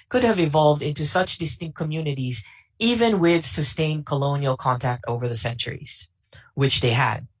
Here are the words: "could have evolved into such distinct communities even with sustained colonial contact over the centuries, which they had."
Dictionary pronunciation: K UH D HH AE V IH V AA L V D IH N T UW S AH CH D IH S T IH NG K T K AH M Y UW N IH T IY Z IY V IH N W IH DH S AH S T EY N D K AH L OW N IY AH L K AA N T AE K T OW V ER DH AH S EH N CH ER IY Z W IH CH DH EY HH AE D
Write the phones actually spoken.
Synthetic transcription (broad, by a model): K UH D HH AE V IH V AA L V D IH N T UW S AH CH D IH S T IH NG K K AH M Y UW N IH T IY Z IY V IH N W IH DH S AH S T EY N K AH L OW N IY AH L K AA N T AE K T OW V ER DH AH S EH N CH ER IY Z W IH CH DH EY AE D